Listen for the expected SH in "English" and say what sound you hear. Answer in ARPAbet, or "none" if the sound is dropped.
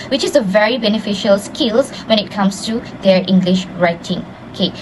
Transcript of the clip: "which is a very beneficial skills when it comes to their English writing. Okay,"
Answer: SH